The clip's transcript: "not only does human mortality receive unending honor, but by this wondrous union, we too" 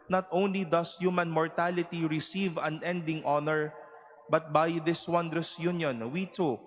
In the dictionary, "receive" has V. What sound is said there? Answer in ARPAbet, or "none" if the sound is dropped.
V